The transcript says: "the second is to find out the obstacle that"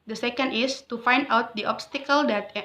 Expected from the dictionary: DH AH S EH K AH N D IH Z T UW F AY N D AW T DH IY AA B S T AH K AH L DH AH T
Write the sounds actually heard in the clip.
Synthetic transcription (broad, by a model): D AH S EH K AH N D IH S T UW F AY N D AW T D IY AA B S T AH K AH L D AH T